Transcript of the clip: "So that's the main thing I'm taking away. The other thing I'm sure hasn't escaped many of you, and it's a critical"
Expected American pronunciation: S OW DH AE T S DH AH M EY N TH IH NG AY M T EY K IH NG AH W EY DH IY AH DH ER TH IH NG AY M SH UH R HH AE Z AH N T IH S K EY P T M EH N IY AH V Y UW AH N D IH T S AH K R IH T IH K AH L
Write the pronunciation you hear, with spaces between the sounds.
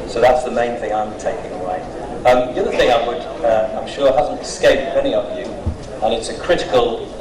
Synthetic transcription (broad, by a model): S OW DH AE T S DH AH M EY N TH IH NG AY M T EY K IH NG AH W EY DH IY AH DH ER TH IH NG AY M SH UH R HH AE Z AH N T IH S K EY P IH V EH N IY AH V Y UW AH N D IH T S AH K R IH T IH K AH L